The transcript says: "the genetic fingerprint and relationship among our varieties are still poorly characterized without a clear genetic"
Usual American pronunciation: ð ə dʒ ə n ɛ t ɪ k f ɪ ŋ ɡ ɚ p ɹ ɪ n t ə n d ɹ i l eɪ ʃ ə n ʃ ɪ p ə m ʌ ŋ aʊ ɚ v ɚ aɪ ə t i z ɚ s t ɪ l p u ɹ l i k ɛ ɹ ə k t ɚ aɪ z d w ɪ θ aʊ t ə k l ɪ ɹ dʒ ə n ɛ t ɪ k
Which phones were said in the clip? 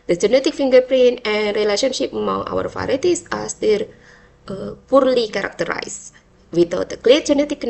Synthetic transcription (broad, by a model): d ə dʒ ə n ɛ t ɪ k f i ŋ ɡ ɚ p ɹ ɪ n ə n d ɹ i l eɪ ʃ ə n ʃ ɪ p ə m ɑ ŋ aʊ ɚ f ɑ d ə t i s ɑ s t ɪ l p u ɹ l i k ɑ ɹ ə k t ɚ aɪ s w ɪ t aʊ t ə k l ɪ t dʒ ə n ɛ t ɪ k